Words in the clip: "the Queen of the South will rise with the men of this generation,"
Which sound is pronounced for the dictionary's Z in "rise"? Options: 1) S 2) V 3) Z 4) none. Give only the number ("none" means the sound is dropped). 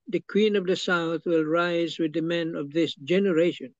3